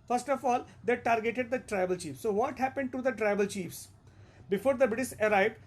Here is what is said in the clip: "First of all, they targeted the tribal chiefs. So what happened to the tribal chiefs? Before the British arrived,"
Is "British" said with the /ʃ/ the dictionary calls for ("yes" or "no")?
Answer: no